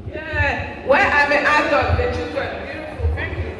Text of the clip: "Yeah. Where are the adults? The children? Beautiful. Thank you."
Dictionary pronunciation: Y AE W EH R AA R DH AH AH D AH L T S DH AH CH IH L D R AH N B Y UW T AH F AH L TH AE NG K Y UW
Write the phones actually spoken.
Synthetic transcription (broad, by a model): Y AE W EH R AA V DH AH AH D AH T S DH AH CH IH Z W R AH B Y UW T AH F AH L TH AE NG K Y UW